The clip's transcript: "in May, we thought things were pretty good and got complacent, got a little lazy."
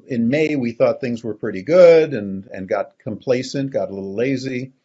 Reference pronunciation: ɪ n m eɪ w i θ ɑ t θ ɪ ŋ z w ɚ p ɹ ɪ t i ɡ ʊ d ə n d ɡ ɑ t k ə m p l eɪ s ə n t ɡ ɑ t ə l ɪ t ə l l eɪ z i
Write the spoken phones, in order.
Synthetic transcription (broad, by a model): ɪ n m eɪ w i θ ɑ t θ ɪ ŋ z w ɚ p ɹ ɪ t i ɡ ʊ d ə n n ɡ ɑ t k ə m p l eɪ s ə n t ɡ ɑ t ə l ɪ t l l eɪ z i